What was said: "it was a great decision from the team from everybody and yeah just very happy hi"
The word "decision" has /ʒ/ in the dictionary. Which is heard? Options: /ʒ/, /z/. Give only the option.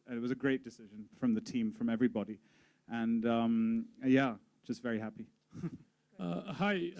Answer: /ʒ/